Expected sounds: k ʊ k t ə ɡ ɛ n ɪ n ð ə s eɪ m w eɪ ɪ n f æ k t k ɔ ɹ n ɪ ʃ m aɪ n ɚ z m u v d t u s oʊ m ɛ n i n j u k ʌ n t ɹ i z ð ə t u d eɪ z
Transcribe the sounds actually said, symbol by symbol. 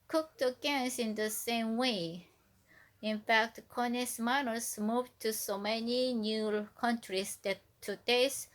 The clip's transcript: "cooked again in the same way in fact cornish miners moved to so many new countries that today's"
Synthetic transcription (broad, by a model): k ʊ k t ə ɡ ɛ n ɪ n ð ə s eɪ m w eɪ ɪ n f æ k t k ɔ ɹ n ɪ s m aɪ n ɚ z m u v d t u s oʊ m ɛ n i n j u k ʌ n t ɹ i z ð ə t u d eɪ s